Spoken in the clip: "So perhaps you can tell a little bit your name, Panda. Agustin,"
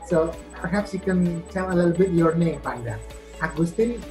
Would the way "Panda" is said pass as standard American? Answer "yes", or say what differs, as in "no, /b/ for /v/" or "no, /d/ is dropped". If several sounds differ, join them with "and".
no, /b/ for /p/